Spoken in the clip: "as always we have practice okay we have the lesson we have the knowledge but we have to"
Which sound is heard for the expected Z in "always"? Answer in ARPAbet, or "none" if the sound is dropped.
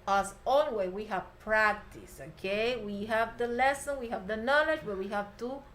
none